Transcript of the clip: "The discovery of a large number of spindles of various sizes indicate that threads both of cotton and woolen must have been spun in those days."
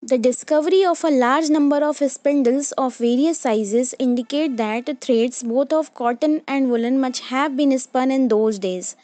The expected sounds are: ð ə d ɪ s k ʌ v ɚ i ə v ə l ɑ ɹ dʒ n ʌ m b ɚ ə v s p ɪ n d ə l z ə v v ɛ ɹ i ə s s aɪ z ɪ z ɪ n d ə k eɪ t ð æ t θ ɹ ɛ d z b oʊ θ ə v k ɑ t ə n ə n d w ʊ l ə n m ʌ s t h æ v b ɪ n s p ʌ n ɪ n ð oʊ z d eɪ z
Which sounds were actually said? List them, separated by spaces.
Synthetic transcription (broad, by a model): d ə d ɪ s k ʌ v ɚ i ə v ə l ɑ ɹ dʒ n ʌ m b ɚ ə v s p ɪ n d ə l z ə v v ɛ ɹ i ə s s aɪ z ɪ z ɪ n d ə k eɪ t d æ t t ɹ ɛ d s b oʊ t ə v k ɑ t ə n ə n d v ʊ l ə n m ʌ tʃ h æ v b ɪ n s p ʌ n ɪ n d oʊ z d eɪ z